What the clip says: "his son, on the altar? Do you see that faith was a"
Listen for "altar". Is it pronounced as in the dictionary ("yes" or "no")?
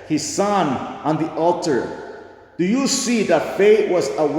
yes